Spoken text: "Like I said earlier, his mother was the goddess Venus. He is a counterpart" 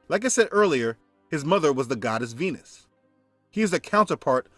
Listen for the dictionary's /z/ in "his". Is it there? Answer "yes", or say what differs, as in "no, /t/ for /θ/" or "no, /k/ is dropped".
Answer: yes